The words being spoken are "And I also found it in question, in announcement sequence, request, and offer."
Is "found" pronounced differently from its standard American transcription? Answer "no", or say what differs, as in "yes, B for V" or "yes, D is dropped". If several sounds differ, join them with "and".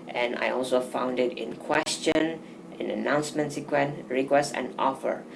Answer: no